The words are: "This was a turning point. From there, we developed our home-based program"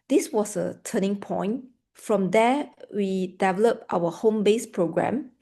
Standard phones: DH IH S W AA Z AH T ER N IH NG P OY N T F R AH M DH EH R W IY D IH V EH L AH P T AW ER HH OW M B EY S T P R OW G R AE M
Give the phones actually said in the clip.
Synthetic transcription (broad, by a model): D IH S W AA S AH T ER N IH NG P OY N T F R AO M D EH W IY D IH V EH L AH P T AW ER HH OW M B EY S P R OW G R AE M